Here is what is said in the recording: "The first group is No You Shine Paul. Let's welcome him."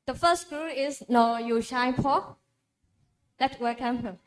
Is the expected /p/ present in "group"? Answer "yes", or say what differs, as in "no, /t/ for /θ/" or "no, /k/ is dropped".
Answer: no, /p/ is dropped